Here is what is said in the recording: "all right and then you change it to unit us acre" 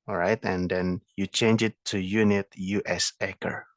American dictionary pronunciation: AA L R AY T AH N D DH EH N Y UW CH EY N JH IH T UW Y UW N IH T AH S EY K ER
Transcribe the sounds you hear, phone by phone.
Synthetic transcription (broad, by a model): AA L R AY T AH N D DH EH N Y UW CH EY N JH IH T UW Y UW N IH T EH S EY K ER